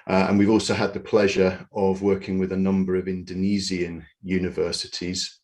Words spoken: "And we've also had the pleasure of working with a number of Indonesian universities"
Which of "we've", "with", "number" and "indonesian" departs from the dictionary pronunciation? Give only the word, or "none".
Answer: indonesian